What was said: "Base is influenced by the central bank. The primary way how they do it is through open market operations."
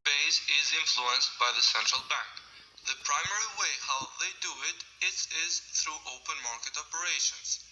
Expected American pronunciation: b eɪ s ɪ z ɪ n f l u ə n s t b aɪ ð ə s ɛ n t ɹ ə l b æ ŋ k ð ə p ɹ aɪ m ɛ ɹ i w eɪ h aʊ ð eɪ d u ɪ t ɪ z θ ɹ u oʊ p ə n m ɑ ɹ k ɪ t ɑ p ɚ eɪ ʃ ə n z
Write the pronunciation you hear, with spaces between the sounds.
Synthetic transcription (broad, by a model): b eɪ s ɪ z ɪ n f l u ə n s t b aɪ ð ə s ɛ n t ɹ ə l b æ ŋ k ð ə p ɹ aɪ m ɛ ɹ i w eɪ h aʊ ð eɪ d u ɪ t ɪ z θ ɹ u oʊ p ə n m ɑ ɹ k ɪ t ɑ p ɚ eɪ ʃ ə n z